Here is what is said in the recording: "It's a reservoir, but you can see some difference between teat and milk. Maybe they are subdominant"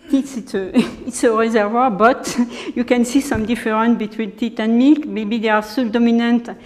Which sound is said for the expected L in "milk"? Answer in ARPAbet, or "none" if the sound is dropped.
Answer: none